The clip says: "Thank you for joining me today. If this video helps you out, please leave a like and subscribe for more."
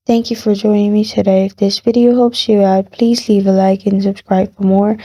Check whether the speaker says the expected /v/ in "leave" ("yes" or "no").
yes